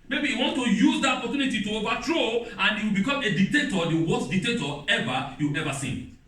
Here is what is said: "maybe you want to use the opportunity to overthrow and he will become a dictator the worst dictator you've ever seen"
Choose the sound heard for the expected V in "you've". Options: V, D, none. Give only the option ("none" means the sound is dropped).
none